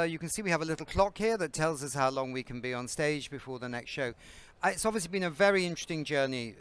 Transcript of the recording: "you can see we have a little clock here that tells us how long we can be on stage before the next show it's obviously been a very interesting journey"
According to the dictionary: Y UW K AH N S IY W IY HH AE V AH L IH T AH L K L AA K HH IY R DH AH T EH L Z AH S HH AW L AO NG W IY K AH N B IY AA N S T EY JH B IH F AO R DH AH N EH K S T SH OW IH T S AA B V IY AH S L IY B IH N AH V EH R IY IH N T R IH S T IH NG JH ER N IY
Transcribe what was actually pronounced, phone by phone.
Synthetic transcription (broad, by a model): Y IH K AH N S IY W IY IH V AH L IH T L K L AA K HH IY R DH AH T EH L Z AH S HH AW L AO NG W IY K AH N B IY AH N S T EY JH B IH F AO R DH AH N EH K S T SH OW IH T S AA B V IY AH S L IY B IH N AH V EH R IY IH N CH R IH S T IH NG JH ER N IY